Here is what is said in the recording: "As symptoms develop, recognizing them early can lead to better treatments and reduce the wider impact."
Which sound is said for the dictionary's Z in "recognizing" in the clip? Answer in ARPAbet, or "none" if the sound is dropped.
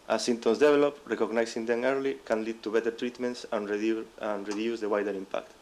S